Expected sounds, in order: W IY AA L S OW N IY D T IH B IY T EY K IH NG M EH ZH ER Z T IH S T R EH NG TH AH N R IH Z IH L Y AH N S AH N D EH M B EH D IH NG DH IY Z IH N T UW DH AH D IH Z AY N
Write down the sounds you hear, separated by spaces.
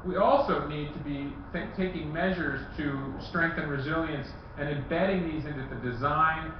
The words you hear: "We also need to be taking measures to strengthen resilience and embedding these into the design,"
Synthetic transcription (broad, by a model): W IY AA L S OW N IY D T IH B IY T EY K IH NG M EH ZH ER Z T IH S T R EH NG TH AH N R IH Z IH L Y AH N S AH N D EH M B EH D IH NG DH IY Z IH N T UW DH AH D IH Z AY N